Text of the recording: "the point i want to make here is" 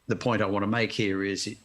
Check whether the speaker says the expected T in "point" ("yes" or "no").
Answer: no